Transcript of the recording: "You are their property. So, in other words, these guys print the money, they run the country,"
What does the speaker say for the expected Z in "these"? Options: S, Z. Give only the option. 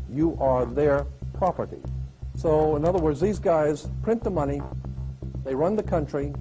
Z